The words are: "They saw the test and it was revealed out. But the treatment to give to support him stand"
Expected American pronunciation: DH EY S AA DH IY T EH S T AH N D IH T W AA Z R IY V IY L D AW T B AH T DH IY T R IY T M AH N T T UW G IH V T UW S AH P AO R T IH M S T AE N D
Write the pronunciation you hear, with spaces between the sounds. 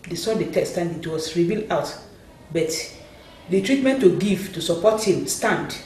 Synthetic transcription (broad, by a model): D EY S AA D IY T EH S T AH N D IH T W AA S R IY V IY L AW T B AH T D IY T R IY T M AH N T T UW G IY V T UW S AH P AO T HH IH M S T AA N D